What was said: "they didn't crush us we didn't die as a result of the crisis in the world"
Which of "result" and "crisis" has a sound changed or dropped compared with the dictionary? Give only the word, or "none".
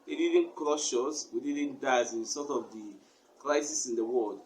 result